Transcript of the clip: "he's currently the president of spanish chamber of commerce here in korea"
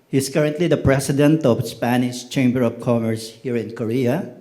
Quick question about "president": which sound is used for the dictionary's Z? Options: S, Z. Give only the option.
S